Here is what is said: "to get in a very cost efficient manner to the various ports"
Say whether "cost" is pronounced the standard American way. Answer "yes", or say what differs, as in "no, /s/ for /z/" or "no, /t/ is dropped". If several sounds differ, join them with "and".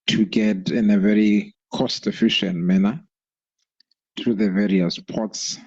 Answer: yes